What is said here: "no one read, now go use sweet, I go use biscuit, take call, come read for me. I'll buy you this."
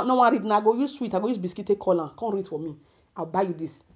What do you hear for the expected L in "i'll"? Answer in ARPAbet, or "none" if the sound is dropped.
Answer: W